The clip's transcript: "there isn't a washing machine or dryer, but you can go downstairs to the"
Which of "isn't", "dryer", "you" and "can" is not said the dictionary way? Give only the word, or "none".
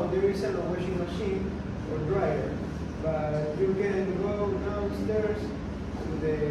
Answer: isn't